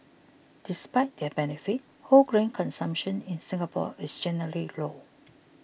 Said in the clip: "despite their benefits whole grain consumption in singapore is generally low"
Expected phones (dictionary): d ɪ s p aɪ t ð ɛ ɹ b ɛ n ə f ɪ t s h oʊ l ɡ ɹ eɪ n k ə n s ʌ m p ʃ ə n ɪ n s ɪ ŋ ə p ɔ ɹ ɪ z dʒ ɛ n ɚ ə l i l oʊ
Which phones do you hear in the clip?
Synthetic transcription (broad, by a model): d ɪ s p aɪ t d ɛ b ɛ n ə f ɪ t h oʊ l ɡ ɹ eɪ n k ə n s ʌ m p ʃ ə n ɪ n s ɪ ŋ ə p ɔ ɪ s dʒ ɛ n ɚ ə l i l oʊ